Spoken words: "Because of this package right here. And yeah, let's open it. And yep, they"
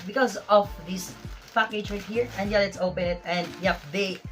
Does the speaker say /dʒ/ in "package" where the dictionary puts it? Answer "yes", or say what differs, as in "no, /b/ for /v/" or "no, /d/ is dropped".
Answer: no, /tʃ/ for /dʒ/